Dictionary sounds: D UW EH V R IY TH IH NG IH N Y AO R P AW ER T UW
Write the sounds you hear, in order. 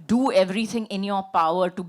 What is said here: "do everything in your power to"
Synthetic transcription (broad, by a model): D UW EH V R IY T IH NG IH N Y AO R P AW ER T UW